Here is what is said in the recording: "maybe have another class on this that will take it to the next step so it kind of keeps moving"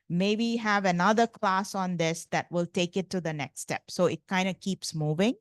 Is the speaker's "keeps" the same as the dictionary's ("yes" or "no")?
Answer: yes